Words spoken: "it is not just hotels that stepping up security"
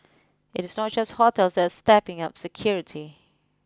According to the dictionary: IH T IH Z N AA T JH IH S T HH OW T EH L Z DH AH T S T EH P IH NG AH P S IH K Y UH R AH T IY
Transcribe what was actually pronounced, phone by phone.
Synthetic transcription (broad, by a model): IH T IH S N AA T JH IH S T HH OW T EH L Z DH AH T S T EH P IH NG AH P S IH K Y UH R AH T IY